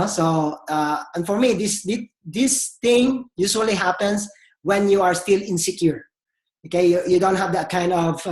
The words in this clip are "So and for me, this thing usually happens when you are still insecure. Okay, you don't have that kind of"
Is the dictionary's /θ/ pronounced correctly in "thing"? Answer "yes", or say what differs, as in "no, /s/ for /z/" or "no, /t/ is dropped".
no, /t/ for /θ/